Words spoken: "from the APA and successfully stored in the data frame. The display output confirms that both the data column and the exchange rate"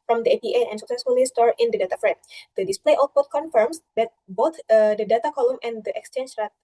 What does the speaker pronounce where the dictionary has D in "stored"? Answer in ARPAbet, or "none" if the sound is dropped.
none